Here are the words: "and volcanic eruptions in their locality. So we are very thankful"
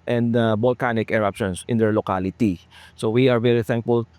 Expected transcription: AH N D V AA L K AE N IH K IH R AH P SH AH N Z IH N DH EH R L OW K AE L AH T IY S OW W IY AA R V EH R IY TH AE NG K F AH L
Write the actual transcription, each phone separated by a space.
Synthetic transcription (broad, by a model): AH N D B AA L K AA N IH K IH R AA P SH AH N S IH N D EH R L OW K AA L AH T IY S OW W IY AA R V EH R IY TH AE NG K F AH L